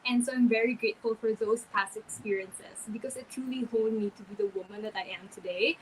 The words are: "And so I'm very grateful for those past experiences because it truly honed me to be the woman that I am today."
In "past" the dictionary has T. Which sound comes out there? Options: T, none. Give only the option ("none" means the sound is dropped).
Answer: none